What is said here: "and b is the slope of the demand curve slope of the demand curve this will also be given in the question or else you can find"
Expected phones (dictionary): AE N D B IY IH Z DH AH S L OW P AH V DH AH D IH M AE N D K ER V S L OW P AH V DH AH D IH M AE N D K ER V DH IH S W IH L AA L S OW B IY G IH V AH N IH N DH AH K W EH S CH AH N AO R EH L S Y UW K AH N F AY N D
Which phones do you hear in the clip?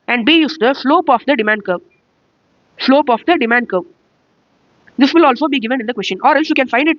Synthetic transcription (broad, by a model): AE N D B IY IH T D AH S L OW P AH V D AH D IH M AE N D K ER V S L OW P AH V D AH D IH M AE N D K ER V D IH S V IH L AA L S OW B IY G IH V AH N IH N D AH K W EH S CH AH N AO R EH L S Y UW K AH N F AY N D